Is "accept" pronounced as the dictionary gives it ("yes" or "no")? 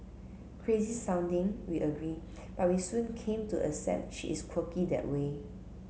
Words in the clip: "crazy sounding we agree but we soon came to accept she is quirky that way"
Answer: no